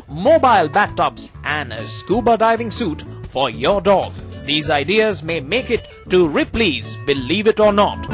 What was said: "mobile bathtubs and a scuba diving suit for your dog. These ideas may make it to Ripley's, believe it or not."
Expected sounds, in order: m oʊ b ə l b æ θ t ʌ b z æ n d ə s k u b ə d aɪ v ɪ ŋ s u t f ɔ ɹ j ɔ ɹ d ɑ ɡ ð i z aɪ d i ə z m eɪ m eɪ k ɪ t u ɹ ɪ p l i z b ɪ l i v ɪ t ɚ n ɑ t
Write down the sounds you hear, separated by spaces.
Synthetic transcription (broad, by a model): m oʊ b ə l b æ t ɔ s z æ n d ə s k u b ə d aɪ v ɪ ŋ s u t f ɔ ɹ j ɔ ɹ d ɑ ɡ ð i z aɪ d i ə z m eɪ m eɪ k ɪ t u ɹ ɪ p l i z b ɪ l i v ɪ t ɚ n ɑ t